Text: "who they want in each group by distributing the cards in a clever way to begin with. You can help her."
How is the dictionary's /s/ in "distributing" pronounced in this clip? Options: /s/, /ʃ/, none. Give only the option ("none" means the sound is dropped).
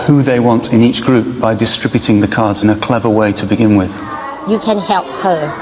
/s/